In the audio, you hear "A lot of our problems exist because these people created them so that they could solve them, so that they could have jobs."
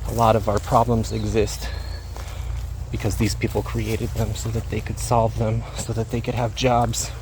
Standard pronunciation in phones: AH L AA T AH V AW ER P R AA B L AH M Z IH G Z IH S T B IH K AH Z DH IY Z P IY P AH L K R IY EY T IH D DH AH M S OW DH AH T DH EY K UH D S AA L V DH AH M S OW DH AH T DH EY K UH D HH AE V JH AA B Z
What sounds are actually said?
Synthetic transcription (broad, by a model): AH L AA T AH V AW ER P R AA B L AH M Z IH G Z IH S T B IH K AH Z DH IY Z P IY P L K R IY EY T IH D DH AH M S OW DH AH T DH EY K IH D S AA L V DH AH M S OW DH AH T DH EY K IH D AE V JH AA B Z